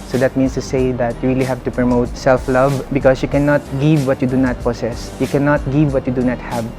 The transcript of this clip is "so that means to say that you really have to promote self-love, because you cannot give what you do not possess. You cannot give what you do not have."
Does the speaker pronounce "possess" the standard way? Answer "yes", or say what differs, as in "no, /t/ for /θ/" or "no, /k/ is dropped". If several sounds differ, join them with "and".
no, /s/ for /z/